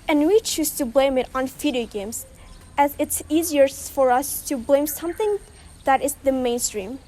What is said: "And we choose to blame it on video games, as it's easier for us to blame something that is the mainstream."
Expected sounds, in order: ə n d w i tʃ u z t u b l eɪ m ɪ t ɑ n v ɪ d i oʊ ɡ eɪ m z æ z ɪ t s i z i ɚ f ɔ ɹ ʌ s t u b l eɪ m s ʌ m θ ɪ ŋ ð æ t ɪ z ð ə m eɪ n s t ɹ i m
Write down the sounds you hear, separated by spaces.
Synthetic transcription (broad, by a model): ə n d w i tʃ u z t u b l eɪ m ɪ t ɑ n f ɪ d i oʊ ɡ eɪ m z æ z ɪ t s i z i ɚ f ɔ ɹ ʌ s t u b l eɪ m s ʌ m θ ɪ ŋ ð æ t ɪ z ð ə m eɪ n s t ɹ i m